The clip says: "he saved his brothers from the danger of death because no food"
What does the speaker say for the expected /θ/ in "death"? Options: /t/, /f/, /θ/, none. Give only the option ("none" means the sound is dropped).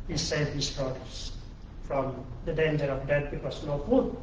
/t/